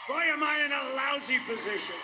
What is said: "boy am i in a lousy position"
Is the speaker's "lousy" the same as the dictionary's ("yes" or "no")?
yes